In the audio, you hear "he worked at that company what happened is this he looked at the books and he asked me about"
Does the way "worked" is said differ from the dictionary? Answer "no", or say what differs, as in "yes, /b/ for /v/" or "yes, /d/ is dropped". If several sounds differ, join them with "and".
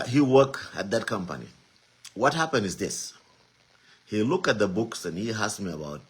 yes, /t/ is dropped